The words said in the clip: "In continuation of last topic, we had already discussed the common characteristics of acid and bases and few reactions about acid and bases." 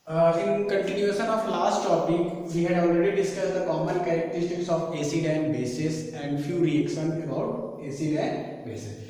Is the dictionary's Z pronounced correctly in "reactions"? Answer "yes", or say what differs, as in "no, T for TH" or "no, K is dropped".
no, Z is dropped